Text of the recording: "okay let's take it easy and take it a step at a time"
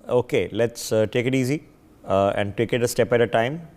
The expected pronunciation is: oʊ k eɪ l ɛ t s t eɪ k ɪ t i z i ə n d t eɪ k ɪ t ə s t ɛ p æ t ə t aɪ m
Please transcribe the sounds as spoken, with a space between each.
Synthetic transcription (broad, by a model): oʊ k eɪ l ɛ t s t eɪ k ɪ t i z i ə n d t eɪ k ɪ t ə s t ɛ p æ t ə t aɪ m